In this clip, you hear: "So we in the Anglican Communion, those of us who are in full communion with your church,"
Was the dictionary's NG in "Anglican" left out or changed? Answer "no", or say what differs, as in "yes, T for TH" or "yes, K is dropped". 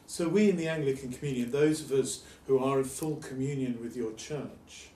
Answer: no